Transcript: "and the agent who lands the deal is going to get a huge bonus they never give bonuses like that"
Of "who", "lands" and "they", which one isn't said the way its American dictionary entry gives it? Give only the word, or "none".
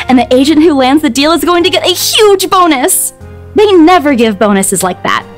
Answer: none